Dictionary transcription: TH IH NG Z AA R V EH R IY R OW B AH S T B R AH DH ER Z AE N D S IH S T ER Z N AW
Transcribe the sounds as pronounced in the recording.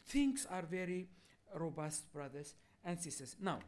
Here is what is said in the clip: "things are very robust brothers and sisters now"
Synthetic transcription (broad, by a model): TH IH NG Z AA R V EH R IY R OW B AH S T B R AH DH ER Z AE N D S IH S T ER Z N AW